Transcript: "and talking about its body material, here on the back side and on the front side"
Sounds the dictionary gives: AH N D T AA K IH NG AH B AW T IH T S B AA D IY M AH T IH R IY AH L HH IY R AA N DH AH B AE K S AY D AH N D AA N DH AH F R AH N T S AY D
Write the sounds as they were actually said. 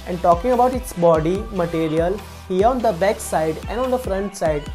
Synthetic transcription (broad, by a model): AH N D T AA K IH NG AH B AW T IH T S B AA D IY M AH T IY R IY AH L HH IY R AA N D AH B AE K S AY D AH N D AA N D AH F R AH N T S AY D